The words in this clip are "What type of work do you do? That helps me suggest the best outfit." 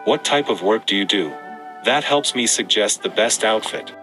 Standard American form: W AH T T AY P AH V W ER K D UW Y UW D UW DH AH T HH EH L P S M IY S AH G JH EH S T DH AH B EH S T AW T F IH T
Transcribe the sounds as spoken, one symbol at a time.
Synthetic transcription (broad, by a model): W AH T T AY P AH V W ER K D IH Y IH D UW DH AH T HH EH L P S M IY S AH G JH EH S T DH AH B EH S T AW T F IH T